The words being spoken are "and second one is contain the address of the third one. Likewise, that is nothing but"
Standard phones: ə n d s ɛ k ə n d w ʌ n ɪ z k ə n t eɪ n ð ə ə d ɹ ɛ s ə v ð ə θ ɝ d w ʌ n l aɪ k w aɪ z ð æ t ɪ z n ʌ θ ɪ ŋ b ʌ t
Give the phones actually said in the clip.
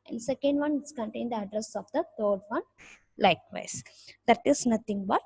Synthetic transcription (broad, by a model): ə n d s ɛ k ə n d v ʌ n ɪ s k ə n t eɪ n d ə ə d ɹ ɛ s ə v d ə t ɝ d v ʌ n l aɪ k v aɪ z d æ t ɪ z n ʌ t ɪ ŋ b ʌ t